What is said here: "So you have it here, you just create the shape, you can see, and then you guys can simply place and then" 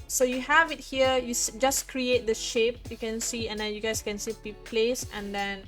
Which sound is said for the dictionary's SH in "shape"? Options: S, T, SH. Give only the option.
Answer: SH